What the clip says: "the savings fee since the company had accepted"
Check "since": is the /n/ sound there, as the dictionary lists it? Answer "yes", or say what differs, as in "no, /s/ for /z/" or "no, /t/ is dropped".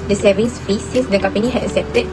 no, /n/ is dropped